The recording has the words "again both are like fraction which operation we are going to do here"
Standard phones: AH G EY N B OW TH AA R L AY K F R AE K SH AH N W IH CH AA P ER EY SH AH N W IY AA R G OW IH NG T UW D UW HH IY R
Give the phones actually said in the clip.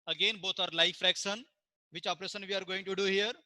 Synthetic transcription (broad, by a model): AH G EY N B OW T AA R L AY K F R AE K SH AH N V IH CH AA P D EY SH AH N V IY AA R G OW IH NG T UW D UW HH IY R